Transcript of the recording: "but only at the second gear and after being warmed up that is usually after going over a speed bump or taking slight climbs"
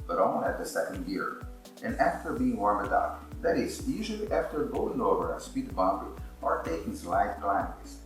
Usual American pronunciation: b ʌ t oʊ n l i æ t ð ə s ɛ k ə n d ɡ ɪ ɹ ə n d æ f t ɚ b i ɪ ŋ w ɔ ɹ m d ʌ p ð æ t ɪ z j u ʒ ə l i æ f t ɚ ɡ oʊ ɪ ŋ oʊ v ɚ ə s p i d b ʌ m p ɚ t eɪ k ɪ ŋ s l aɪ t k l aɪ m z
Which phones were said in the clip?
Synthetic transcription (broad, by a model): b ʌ t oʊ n i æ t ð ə s ɛ k ə n d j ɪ ɹ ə n æ f t ɚ b i ɪ ŋ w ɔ ɹ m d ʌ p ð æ t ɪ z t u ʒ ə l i æ f t ɚ ɡ oʊ ɪ ŋ oʊ v ɚ ə s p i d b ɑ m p ɚ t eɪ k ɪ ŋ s l aɪ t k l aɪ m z